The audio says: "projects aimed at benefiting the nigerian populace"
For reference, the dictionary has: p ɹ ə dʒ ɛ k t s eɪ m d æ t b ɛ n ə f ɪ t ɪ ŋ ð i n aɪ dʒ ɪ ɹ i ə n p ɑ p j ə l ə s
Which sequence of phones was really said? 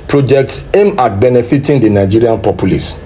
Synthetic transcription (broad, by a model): p ɹ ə dʒ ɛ k t s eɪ m ɑ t b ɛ n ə f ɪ t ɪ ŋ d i n aɪ dʒ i ɹ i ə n p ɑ p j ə l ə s